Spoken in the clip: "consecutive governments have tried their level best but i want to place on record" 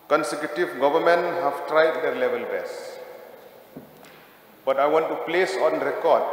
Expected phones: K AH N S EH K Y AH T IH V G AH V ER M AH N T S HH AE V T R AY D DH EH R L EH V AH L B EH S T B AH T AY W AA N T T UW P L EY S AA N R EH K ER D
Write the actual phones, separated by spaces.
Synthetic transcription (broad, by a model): K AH N S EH K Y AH T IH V G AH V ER M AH N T HH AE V T R AY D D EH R L EH V AH L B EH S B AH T AY W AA N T T UW P L EY S AA N R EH K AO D